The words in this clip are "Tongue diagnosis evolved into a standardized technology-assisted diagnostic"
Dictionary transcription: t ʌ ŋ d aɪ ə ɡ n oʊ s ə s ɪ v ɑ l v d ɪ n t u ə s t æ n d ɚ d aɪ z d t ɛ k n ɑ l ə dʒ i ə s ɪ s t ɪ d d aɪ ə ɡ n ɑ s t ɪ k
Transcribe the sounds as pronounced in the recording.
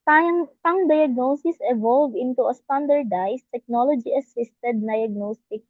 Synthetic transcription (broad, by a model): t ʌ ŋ d aɪ ə ɡ n oʊ s ə s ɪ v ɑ l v ɪ n t u ə s t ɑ n d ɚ d aɪ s t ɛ k n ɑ l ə dʒ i ə s ɪ s t ɪ d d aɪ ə ɡ n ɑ s t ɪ k